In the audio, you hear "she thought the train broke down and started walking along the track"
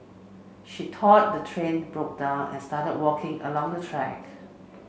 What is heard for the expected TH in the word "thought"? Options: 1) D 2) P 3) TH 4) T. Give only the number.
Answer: 4